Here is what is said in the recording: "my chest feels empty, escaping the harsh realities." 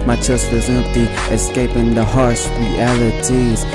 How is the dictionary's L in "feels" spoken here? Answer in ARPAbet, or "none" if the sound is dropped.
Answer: none